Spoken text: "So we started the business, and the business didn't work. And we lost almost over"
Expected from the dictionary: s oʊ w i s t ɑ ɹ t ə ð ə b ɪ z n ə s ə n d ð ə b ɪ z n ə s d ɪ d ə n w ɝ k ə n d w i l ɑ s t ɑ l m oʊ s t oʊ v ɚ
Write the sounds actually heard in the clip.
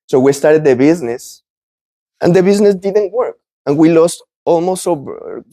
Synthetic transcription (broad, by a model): s oʊ w i s t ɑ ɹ t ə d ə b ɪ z n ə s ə n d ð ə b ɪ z n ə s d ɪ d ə n w ɝ k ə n w i l ɑ s t ɑ l m oʊ s t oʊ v